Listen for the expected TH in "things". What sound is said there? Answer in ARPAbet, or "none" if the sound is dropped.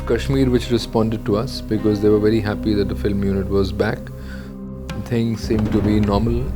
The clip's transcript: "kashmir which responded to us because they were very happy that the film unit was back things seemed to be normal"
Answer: T